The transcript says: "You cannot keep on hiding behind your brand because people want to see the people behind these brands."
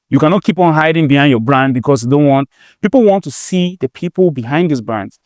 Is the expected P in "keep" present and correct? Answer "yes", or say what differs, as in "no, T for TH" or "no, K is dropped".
yes